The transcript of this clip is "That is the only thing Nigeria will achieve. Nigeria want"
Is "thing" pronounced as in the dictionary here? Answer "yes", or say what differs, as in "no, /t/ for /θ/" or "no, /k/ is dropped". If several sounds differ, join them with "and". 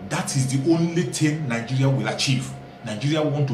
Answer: no, /t/ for /θ/